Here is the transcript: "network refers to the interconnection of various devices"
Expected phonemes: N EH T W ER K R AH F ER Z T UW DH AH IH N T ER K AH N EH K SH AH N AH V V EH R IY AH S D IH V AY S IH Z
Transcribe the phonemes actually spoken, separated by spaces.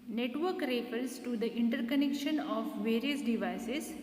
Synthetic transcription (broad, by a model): N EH T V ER K R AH P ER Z T UW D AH IH N T ER K AH N EH K SH AH N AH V V EH R IY AH S D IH V AY S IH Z